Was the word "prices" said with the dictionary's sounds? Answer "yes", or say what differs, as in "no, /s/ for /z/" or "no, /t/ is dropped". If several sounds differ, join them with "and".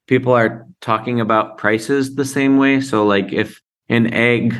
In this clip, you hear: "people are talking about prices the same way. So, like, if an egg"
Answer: yes